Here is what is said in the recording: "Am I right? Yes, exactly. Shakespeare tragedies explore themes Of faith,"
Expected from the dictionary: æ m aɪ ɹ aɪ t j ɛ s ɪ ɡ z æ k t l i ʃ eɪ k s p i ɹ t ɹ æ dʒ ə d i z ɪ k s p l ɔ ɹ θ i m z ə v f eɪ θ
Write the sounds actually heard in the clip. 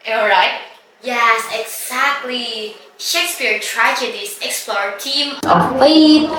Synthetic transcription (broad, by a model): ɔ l ɹ aɪ t j ɛ s ɪ ɡ z æ k t l i ʃ eɪ k s p i ɹ t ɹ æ dʒ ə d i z ɪ k s p l ɔ ɹ t i m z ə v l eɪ